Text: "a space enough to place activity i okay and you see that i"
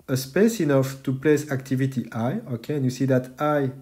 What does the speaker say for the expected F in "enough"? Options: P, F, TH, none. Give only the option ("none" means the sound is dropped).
F